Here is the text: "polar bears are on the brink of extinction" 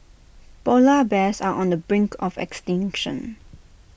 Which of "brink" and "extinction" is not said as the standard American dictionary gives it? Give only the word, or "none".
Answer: none